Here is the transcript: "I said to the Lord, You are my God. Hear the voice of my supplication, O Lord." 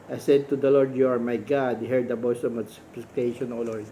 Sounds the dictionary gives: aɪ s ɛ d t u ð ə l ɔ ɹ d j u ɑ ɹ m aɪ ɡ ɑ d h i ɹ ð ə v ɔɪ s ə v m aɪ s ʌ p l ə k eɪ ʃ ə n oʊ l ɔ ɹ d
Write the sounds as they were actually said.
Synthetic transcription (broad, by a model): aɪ s ɛ d t u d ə l ɔ ɹ d j u ɑ ɹ m aɪ ɡ ɑ d h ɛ ɹ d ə b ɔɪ s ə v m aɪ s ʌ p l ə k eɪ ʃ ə n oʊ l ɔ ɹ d